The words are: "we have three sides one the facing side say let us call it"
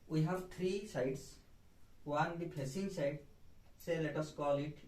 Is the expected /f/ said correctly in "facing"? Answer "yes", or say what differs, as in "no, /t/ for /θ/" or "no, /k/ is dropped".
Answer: no, /p/ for /f/